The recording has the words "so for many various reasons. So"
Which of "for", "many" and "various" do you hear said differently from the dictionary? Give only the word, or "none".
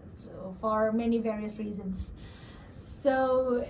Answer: none